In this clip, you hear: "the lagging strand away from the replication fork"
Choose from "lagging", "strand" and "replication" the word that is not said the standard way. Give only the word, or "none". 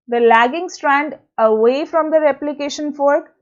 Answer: none